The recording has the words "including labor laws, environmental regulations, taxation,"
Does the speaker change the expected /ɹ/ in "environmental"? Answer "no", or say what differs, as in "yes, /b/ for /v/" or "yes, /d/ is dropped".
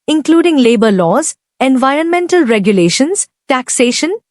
no